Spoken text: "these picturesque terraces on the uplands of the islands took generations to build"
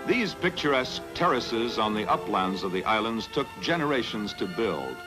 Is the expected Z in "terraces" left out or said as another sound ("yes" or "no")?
no